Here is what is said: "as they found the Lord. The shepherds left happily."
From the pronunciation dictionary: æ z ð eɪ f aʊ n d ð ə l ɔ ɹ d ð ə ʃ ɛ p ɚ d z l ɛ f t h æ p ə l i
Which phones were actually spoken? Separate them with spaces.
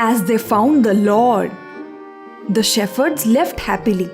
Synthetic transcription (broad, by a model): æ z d eɪ f aʊ n d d ə l ɔ ɹ d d ə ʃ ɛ f ɚ d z l ɛ f t h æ p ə l i